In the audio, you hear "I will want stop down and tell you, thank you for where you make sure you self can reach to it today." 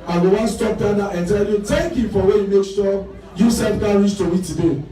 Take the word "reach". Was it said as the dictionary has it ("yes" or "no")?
no